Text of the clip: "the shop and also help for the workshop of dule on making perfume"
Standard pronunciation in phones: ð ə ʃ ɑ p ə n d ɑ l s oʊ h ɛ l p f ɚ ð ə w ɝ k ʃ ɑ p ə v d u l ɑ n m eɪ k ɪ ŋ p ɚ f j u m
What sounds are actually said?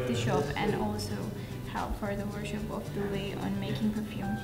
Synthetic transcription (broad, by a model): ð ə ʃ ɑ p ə n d ɑ l s oʊ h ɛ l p f ɚ ð ə w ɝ ʃ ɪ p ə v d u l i n m eɪ k ɪ ŋ p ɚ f j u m